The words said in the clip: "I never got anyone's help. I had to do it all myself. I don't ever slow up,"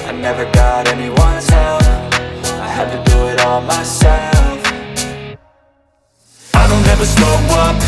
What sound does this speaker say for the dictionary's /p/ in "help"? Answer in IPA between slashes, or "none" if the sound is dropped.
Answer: /f/